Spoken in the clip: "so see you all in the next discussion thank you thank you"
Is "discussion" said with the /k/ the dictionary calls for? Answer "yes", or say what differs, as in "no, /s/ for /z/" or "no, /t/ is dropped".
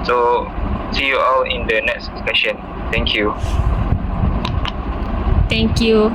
no, /k/ is dropped